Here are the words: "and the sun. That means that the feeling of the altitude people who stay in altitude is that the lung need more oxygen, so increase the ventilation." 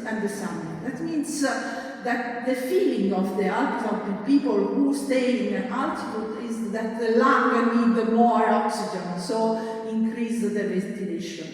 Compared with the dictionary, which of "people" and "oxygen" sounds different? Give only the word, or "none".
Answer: none